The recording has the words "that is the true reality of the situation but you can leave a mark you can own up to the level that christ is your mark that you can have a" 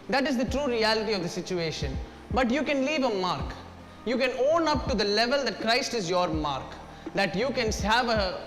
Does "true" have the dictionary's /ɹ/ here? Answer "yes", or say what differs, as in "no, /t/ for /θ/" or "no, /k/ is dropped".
yes